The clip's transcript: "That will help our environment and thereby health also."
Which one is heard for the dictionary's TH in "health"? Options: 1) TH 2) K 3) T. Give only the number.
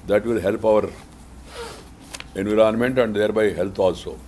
3